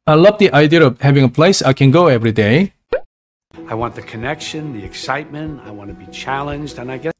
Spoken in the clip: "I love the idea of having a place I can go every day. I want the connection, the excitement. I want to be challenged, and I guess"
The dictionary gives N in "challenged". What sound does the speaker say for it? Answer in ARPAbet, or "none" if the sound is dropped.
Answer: N